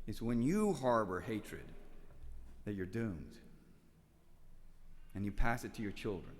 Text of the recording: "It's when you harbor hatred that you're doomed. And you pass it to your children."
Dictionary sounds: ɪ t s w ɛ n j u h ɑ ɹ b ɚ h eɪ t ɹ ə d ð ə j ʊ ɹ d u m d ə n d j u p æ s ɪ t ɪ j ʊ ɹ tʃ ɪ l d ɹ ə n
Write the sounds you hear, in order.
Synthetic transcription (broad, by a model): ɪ t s w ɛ n j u h ɑ ɹ b ɚ h eɪ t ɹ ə d ð ə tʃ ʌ ɹ d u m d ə n j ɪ p æ s ɪ t ɪ j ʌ ɹ tʃ ɪ l d ɹ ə n